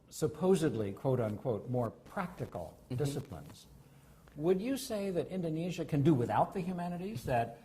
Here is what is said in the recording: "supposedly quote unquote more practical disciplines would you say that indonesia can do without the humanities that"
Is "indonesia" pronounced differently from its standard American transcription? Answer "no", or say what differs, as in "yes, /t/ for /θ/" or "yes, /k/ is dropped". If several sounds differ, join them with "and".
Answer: no